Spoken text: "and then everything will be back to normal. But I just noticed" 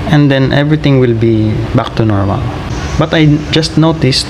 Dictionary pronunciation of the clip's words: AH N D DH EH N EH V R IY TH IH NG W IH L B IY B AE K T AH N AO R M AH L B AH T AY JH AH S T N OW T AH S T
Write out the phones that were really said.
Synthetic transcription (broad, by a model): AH N D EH N EH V R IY T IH NG W IH L B IY B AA K T AH N AO R M AH L B AH T AY JH AH S T N OW T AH S T